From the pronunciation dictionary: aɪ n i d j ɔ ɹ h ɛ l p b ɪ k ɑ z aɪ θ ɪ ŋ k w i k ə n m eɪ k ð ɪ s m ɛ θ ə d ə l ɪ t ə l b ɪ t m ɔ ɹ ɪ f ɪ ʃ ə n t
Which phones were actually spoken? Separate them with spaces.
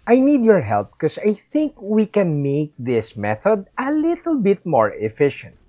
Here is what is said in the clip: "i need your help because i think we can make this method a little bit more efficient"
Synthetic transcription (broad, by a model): aɪ n i d j ɔ ɹ h ɛ l p k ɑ s aɪ θ ɪ ŋ k w i k ə n m eɪ k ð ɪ s m ɛ θ ə d ə l ɪ t ə l b ɪ t m ɔ ɹ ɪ f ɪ ʃ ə n t